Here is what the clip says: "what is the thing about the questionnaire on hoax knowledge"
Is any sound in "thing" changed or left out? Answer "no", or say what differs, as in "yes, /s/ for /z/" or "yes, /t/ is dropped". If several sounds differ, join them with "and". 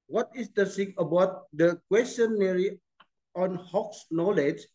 yes, /s/ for /θ/